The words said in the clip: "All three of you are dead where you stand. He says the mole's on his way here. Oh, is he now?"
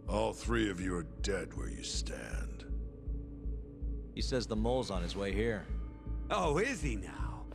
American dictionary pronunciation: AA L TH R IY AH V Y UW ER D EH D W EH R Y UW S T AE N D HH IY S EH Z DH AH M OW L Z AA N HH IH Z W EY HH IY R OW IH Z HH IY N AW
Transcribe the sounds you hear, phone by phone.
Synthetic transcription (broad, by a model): AA L TH R IY AH V Y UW ER D EH D W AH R Y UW S T AE N D HH IY S EH Z DH AH M OW L Z N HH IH Z W EY HH IY R OW IH Z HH IY N AW